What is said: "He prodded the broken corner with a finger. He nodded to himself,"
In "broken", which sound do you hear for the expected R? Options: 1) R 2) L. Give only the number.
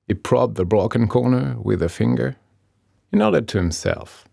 2